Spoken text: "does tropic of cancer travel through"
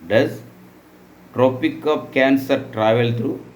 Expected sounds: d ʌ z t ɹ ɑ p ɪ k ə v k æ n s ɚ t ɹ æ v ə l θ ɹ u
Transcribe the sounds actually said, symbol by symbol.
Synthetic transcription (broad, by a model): d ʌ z t ɹ ɑ p ɪ k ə p k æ n s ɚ t ɹ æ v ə l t ɹ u